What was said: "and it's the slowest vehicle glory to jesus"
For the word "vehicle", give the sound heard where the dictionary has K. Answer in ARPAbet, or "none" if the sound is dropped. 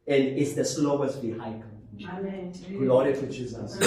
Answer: none